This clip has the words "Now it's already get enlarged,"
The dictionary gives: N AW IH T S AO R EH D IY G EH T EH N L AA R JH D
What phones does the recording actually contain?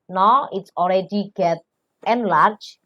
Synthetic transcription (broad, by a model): N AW IH T S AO L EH D IY G EH T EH N L AA R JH